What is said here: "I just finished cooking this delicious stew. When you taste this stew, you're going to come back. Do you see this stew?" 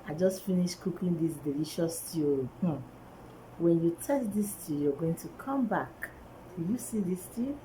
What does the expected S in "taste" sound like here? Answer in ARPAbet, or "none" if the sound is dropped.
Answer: none